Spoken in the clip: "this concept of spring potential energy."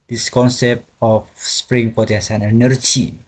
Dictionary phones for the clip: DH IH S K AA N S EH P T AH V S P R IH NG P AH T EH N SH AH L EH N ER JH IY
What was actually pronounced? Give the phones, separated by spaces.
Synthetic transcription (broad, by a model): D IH S K AA N S EH P T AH F S P R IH NG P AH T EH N S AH N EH N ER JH IY